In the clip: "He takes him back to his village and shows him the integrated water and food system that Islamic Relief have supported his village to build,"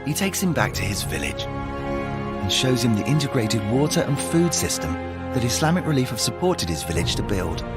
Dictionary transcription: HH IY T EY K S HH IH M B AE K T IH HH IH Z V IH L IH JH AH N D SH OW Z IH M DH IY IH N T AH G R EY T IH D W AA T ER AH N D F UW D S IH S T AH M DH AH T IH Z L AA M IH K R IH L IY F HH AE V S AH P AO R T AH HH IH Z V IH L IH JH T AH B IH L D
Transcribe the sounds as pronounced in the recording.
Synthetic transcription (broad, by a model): HH IY T EY K S HH IH M B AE K T IH IH Z V IH L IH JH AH N SH OW Z IH M DH IY IH N T AH G R EY T IH D W AA T ER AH N F UW D S IH S T AH M DH AH T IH S L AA M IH K R IH L IY F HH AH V S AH P AO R T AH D IH Z V IH L IH JH T AH B IH L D